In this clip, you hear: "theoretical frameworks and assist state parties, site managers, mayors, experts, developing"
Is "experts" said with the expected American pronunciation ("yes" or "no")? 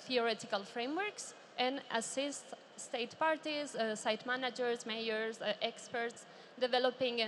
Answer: yes